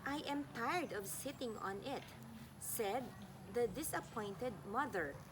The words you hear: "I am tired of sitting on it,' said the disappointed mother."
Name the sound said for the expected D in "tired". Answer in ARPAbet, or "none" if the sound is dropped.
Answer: D